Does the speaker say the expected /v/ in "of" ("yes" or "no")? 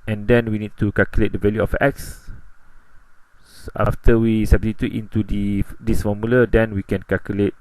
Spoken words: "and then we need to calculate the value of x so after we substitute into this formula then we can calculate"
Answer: no